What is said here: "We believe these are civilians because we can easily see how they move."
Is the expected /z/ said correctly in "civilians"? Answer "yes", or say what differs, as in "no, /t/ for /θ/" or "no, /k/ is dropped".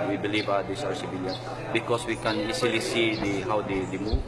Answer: no, /z/ is dropped